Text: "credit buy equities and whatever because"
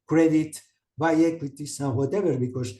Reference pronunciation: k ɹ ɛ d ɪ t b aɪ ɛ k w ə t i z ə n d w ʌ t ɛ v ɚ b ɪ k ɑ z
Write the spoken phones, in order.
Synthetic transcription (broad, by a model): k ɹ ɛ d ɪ t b aɪ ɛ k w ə t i s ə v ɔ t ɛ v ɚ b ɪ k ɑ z